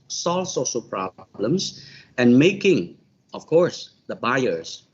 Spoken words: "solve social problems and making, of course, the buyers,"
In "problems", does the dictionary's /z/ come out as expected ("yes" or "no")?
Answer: no